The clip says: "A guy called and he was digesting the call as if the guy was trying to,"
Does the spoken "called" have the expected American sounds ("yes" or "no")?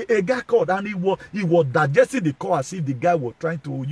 no